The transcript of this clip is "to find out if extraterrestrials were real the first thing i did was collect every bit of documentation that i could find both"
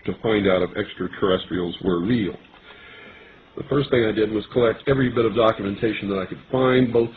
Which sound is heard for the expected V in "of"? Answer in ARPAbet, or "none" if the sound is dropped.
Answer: V